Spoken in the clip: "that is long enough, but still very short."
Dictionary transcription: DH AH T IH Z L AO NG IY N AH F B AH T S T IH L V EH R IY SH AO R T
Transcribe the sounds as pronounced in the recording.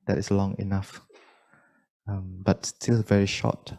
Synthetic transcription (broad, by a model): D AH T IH S L AO NG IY N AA F B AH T S T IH L V EH R IY SH AO T